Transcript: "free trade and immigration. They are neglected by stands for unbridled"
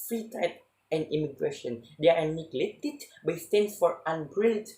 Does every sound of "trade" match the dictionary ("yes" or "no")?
no